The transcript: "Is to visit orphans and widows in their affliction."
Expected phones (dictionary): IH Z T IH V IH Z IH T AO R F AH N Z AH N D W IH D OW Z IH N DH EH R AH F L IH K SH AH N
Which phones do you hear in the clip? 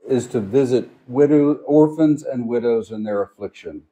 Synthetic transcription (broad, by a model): IH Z T IH V IH Z IH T AO R F AH N Z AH N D W IH D OW Z IH N DH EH R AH F L IH K SH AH N